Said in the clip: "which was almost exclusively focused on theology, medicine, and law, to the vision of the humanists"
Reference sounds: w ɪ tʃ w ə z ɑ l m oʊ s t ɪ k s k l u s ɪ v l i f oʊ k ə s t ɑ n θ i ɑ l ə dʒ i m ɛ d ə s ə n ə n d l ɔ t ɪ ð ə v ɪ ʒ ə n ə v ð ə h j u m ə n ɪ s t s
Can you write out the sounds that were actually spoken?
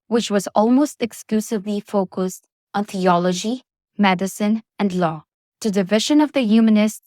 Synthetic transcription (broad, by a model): w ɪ tʃ w ə z ɑ l m oʊ s t ɪ k s k l u s ɪ v l i f oʊ k ə s t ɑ n θ i ɑ l ə dʒ i m ɛ d ə s ə n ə n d l ɔ t ɪ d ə v ɪ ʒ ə n ə v ð ə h j u m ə n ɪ s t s